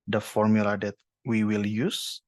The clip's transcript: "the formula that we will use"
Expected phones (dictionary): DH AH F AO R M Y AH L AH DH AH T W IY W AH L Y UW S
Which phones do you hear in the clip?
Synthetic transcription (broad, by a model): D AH F AO R M Y AH L AH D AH T W IY W AH L Y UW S